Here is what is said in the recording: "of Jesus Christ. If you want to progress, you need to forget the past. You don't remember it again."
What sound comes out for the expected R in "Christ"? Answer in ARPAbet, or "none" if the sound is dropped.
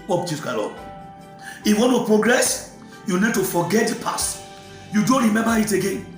none